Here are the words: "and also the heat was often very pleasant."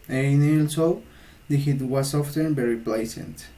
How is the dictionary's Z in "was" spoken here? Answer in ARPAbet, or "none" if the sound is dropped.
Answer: S